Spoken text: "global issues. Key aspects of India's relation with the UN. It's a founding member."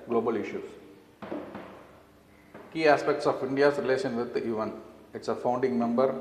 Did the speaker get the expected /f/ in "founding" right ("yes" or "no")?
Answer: yes